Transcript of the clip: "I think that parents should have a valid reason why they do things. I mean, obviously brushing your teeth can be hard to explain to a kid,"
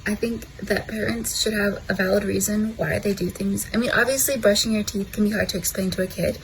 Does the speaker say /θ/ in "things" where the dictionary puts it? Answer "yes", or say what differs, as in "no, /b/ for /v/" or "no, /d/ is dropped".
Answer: yes